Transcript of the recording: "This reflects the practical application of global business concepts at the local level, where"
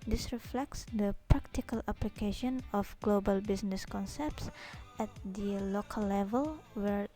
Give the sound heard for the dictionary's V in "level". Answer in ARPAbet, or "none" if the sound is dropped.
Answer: V